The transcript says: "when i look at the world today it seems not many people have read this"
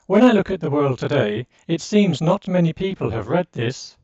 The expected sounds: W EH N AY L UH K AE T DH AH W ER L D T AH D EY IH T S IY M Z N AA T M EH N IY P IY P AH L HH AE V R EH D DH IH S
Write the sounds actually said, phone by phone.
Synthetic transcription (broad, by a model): W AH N AY L UH K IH T DH AH W ER L D T AH D EY IH T S IY M Z N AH T M EH N IY P IY P AH L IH V R EH D DH IH S